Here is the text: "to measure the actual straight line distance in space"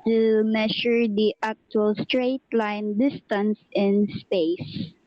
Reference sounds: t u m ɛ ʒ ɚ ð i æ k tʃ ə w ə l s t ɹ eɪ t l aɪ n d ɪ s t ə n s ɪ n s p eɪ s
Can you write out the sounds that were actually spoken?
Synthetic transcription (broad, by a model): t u m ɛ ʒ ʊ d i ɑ k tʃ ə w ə l s t ɹ eɪ t l aɪ n d ɪ s t ə n s ɪ n s p eɪ s